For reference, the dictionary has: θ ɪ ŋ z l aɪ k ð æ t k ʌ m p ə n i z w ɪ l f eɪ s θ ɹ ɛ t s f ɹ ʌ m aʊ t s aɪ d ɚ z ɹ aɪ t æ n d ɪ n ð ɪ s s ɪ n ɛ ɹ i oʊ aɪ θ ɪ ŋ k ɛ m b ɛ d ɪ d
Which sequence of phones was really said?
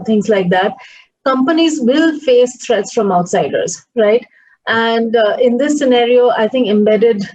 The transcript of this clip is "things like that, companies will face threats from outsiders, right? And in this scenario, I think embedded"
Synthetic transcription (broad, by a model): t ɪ ŋ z l aɪ k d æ t k ʌ m p ə n i z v ɪ l f eɪ s t ɹ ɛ t s f ɹ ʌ m aʊ t s aɪ d ɚ z ɹ aɪ t æ n d ɪ n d ɪ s s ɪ n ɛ ɹ i oʊ aɪ t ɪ ŋ k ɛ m b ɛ d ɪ d